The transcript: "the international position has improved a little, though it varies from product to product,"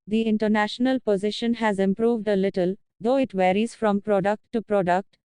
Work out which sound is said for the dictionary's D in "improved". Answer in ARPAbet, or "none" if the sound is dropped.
D